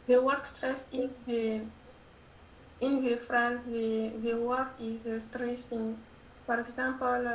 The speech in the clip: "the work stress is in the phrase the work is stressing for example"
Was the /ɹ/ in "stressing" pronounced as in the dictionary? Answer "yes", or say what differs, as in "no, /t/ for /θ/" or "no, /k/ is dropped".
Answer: yes